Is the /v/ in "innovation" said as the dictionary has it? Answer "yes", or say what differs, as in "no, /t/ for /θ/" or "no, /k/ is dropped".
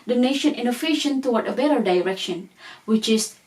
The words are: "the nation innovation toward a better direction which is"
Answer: no, /f/ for /v/